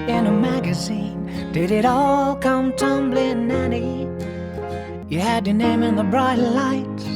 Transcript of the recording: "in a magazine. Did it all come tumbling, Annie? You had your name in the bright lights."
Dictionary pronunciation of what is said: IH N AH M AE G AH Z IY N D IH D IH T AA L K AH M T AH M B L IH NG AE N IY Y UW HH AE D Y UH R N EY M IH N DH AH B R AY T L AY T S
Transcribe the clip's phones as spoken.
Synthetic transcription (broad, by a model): IH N AH M AE G AH Z IY N D IH D IH T AA L K AH M T AH M B L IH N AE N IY Y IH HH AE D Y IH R N EY M IH N DH AH B R AY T L AY T